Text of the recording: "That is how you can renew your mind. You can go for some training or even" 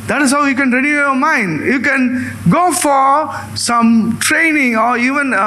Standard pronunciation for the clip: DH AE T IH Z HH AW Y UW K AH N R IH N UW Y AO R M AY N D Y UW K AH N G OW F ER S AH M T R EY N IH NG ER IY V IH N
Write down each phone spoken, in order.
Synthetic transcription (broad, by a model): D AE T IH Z HH AW Y UW K AH N R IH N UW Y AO M AY N D Y UW K AH N G OW F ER S AH M T R EY N IH NG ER IY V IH N